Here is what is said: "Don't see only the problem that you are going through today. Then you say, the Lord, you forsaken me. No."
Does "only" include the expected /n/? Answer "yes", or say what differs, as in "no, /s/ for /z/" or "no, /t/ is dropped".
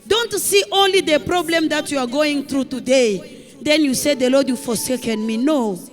yes